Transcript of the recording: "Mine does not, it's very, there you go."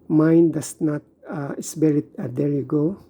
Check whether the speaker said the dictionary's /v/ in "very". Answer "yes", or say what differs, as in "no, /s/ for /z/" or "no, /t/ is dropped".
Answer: no, /b/ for /v/